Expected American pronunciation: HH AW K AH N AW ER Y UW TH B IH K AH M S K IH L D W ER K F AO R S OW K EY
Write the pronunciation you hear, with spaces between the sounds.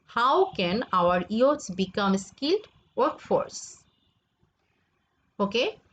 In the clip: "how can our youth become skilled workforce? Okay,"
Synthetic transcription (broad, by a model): HH AW K AH N AW ER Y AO S B IH K AH M S K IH L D W ER K F AO R S OW K EY